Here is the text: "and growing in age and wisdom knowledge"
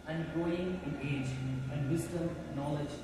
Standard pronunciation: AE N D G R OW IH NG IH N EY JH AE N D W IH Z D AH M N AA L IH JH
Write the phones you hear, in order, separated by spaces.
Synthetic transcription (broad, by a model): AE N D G OW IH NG IH N EY JH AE N D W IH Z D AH M N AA L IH JH